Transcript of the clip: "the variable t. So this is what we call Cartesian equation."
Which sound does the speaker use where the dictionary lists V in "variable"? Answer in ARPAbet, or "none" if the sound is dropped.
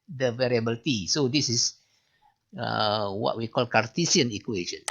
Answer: V